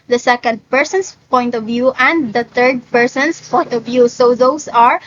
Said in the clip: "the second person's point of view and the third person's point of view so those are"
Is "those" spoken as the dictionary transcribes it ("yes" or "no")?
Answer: no